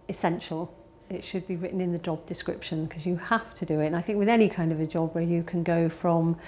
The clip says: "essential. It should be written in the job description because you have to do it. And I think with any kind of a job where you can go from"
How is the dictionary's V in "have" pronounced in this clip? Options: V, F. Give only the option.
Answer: F